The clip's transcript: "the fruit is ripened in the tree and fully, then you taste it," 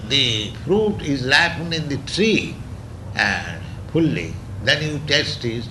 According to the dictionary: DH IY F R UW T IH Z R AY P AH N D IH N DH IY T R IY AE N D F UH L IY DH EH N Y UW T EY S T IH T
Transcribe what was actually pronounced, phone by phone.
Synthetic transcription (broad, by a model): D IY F R UW T IH Z L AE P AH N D IH N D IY T R IY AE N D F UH L IY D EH N Y UW T EY S T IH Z